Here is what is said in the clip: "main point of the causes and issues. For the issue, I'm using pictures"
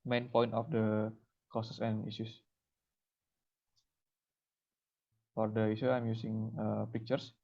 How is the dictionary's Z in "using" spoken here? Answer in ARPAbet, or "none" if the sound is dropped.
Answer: S